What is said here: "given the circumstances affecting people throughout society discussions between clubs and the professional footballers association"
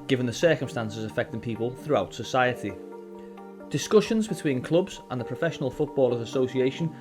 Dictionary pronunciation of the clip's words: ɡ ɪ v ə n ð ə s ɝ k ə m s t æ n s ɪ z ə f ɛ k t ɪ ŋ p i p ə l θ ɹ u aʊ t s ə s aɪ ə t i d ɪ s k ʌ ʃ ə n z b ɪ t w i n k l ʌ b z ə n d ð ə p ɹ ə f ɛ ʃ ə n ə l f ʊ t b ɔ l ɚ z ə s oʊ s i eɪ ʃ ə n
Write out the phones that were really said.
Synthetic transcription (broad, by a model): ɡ ɪ v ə n ð ə s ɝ k ə m s t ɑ n s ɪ z ə f ɛ k t ɪ ŋ p i p ə l θ ɹ u aʊ t s ə s aɪ ə t i d ɪ s k ʌ ʃ ə n z b ɪ t w i n k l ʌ b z ə n ð ə p ɹ ə f ɛ ʃ ə n ə l f ʊ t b ɔ l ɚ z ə s oʊ s i eɪ ʃ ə n